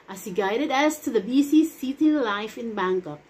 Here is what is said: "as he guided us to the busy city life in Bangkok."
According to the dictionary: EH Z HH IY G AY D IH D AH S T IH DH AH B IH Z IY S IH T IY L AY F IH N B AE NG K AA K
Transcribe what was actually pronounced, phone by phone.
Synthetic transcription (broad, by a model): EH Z HH IY G AY D IH D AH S T IH DH AH B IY S IY S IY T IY L AY F IH N B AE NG K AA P